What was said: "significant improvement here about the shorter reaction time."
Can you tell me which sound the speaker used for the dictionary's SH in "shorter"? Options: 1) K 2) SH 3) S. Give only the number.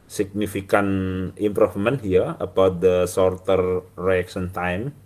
3